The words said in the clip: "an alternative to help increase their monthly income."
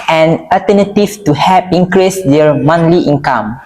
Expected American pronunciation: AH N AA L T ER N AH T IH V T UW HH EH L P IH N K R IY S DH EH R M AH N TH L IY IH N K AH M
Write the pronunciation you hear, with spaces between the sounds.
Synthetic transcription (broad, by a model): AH N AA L T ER N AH T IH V T UW HH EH P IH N K R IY S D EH R M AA N L IY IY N K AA M